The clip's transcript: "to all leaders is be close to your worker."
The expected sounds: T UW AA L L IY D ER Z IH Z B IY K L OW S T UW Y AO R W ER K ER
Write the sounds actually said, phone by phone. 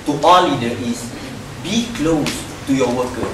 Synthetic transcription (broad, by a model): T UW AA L L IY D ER IH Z B IY K L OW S T UW Y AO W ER K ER